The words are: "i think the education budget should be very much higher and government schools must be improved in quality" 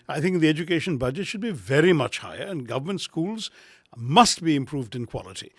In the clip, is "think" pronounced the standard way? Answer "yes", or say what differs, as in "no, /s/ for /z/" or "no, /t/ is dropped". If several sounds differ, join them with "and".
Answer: yes